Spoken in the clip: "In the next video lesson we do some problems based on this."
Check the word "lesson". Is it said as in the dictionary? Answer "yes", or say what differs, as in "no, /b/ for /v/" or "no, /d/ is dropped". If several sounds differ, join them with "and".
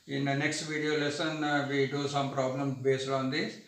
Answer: yes